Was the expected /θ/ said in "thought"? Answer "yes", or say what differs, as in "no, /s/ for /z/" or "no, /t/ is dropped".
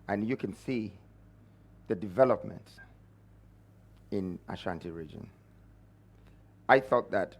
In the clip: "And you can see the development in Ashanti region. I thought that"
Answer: yes